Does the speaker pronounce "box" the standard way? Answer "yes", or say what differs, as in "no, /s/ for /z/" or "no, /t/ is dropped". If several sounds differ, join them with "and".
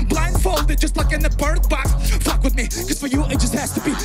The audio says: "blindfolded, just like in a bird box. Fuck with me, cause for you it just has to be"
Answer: no, /s/ is dropped